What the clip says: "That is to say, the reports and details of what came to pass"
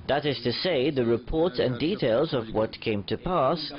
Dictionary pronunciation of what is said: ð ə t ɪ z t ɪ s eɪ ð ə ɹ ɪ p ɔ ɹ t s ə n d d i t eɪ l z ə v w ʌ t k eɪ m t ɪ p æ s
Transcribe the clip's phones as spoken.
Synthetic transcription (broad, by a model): ð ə t ɪ z t ɪ s eɪ ð ə ɹ ɪ p ɔ ɹ t s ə n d d i t eɪ l z ə v w ʌ t k eɪ m t ɪ p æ s